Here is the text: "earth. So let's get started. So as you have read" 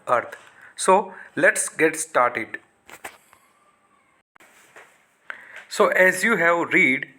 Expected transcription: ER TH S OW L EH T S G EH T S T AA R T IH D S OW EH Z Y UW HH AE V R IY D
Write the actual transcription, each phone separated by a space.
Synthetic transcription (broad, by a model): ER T S OW L EH T S G EH T S T AA R T IH D S OW EH Z Y UW HH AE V R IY D